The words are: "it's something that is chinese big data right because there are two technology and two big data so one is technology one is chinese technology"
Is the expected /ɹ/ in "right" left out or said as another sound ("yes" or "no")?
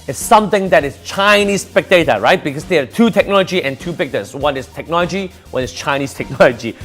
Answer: no